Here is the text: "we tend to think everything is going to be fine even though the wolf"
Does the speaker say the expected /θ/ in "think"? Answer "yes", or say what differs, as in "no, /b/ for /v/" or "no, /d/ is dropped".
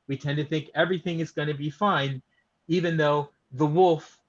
yes